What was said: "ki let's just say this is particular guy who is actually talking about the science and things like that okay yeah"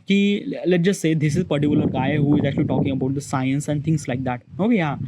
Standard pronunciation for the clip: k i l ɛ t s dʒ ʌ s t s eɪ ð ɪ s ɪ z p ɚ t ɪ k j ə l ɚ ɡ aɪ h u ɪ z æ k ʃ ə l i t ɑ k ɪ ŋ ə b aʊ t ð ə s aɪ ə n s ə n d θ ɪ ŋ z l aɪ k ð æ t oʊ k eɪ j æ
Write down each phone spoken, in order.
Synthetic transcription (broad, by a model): k i l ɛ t dʒ ʌ s t s eɪ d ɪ s ɪ z p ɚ t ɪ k j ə l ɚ ɡ aɪ h u ɪ z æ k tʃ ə l i t ɑ k ɪ ŋ ə b aʊ t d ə s aɪ ə n s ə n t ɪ ŋ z l aɪ k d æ t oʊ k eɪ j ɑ